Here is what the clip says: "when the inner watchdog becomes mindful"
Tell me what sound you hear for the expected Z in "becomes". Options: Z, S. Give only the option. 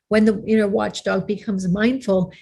Z